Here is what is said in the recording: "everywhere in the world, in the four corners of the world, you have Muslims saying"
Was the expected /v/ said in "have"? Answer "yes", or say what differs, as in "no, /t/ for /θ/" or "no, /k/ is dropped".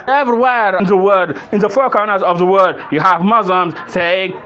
yes